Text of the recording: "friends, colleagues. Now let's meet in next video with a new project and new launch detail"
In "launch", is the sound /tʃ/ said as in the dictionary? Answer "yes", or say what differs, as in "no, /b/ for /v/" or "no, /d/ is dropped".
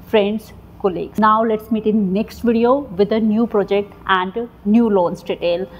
no, /s/ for /tʃ/